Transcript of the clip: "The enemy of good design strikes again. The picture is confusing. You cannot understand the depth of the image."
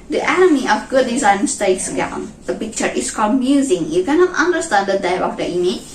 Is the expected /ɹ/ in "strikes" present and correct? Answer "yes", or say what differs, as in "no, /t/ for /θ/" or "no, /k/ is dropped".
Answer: no, /ɹ/ is dropped